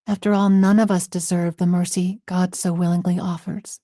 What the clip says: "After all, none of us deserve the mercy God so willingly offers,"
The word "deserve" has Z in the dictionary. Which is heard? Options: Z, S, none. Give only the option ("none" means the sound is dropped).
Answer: Z